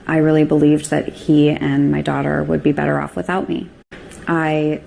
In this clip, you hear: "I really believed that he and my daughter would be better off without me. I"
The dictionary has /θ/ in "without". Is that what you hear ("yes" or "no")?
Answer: yes